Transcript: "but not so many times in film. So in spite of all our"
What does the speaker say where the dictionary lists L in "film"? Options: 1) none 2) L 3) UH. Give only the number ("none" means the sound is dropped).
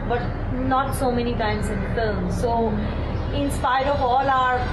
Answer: 1